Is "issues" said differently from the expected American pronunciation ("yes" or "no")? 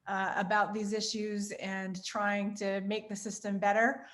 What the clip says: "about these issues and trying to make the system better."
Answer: no